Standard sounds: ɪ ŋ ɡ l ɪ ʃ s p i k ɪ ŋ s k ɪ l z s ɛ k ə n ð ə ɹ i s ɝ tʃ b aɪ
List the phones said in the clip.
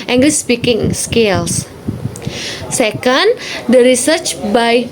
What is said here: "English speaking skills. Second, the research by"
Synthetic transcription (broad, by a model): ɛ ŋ ɡ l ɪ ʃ s p i k ɪ ŋ s k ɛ l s s ɛ k ə n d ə ɹ i s ɝ tʃ b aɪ